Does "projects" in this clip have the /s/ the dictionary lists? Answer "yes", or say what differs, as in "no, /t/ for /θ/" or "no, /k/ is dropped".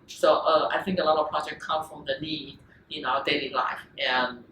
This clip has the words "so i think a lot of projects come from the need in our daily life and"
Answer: no, /s/ is dropped